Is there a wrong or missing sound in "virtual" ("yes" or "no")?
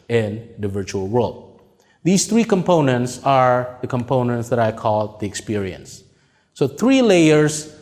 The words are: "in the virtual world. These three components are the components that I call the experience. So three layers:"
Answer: no